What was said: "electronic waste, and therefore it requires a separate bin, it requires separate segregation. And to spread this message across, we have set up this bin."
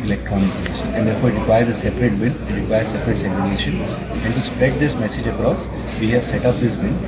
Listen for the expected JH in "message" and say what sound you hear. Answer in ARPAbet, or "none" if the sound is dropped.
JH